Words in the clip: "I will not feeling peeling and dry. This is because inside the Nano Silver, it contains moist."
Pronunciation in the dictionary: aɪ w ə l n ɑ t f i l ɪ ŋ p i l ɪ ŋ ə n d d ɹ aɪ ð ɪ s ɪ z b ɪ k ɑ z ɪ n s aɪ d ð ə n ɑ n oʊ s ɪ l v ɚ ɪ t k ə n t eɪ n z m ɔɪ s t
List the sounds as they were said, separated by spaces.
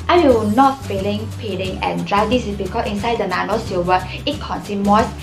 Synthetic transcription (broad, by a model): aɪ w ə n ɑ t f i l ɪ ŋ p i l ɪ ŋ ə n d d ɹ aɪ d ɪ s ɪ s b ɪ k ɑ s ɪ n s aɪ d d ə n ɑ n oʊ s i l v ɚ ɪ t k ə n s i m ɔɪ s